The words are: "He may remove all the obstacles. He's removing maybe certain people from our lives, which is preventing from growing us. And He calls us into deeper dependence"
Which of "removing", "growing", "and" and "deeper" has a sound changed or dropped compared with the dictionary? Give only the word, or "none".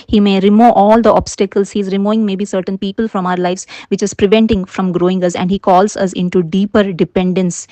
removing